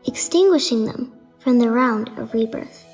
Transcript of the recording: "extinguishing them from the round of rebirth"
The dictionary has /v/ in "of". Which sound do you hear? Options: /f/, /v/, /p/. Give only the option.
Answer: /v/